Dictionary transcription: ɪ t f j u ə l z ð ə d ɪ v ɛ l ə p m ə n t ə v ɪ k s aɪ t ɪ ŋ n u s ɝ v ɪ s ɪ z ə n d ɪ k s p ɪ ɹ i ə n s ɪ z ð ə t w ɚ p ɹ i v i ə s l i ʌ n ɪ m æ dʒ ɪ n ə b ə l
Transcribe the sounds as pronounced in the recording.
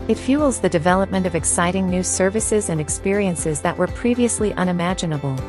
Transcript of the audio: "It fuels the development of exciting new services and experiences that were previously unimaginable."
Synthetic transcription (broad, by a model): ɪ t f j u l z ð ə d ɪ v ɛ l ə p m ə n t ə v ɪ k s aɪ t ɪ ŋ n u s ɝ v ɪ s ɪ z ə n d ɪ k s p ɪ ɹ i ə n s ɪ z ð ə t w ɚ p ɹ i v i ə s l i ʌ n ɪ m æ dʒ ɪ n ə b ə l